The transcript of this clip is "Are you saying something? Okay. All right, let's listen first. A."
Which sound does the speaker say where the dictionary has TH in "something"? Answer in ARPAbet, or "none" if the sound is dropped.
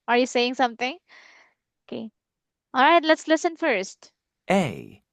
T